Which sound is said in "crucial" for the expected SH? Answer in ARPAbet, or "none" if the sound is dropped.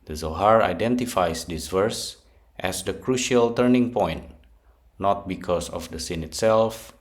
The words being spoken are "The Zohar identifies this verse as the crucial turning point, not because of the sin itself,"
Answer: SH